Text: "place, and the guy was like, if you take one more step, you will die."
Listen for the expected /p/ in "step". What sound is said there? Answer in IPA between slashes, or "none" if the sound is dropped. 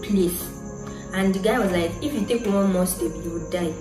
/b/